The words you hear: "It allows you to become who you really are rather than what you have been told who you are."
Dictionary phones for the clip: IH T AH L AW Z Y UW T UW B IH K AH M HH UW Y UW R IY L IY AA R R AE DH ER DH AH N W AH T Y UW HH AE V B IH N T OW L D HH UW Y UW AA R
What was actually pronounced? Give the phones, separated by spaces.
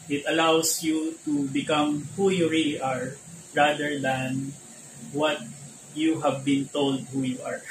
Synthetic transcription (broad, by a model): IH T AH L AW S Y UW T UW B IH K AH M HH UW Y UW R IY L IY AA R R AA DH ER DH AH N W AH T Y UW HH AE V B IH N T OW L D HH UW Y UW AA R